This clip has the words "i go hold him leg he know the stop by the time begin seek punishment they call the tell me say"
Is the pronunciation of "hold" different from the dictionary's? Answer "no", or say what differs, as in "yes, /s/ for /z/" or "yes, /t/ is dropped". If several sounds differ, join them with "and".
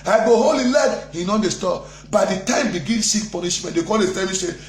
yes, /d/ is dropped